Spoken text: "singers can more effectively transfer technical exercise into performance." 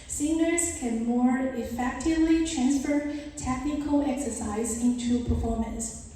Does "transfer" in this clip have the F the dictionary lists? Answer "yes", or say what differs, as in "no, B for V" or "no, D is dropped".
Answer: yes